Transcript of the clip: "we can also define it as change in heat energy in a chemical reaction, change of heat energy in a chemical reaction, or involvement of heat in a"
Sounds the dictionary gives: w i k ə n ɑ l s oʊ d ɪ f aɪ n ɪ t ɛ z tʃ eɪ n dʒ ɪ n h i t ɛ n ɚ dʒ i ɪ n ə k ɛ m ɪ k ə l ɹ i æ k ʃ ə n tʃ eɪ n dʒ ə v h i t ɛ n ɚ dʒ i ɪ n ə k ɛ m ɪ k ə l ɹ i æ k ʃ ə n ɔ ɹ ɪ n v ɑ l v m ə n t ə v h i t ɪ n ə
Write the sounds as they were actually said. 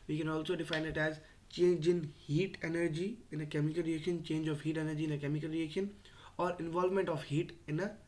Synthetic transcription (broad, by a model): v i k ə n ɑ l s oʊ d ɪ f aɪ n ɪ t ɛ z tʃ eɪ n dʒ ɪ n h i t ɛ n ɚ dʒ i ɪ n ə k ɛ m ɪ k ə l ɹ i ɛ k ʃ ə n tʃ eɪ n dʒ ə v h i t ɛ n ɚ dʒ i ɪ n ə k ɛ m ɪ k ə l ɹ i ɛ k ʃ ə n ɔ ɹ ɪ n v ɑ l v m ə n t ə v h i t ɪ n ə